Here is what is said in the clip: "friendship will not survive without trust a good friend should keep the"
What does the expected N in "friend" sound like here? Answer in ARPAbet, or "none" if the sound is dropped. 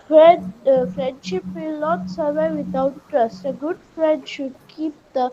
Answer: N